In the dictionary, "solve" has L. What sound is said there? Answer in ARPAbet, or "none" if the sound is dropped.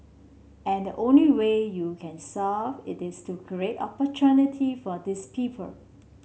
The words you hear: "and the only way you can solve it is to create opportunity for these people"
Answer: none